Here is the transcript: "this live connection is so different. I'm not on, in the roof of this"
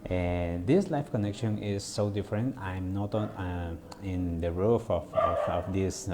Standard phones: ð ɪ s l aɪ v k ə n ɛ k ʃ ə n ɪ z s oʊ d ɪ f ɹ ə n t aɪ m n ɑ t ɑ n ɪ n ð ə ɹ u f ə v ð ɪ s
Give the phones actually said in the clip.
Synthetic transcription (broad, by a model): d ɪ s l aɪ f k ə n ɛ k ʃ ə n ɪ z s oʊ d ɪ f ɹ ə n t aɪ m n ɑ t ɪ n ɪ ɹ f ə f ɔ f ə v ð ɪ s